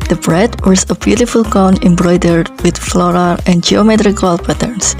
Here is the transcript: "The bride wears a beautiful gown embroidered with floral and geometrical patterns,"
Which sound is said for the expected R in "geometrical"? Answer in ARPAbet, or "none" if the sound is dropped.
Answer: R